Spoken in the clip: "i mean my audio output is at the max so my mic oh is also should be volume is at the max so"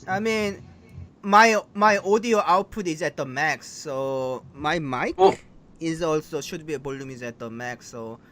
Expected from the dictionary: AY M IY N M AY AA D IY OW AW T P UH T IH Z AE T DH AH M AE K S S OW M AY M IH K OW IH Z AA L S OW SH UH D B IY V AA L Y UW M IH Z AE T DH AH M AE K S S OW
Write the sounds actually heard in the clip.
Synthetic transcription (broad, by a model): AY M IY N M AY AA D IY OW AW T P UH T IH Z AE T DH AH M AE K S S OW M AY M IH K IH Z AA L S OW SH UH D B IY B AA L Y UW M IH Z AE T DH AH M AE K S S OW